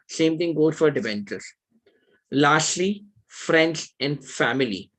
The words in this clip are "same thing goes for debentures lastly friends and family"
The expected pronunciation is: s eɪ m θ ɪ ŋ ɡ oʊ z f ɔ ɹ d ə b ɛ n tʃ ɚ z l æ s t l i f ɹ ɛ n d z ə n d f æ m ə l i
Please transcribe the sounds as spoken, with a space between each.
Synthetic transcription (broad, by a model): s eɪ m t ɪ ŋ ɡ oʊ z f ɔ ɹ d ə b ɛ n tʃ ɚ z l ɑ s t l i f ɹ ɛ n d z ə n d f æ m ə l i